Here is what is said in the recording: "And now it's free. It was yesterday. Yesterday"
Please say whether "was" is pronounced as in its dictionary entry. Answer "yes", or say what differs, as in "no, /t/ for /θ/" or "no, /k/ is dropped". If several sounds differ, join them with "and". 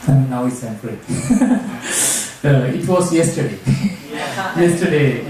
no, /s/ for /z/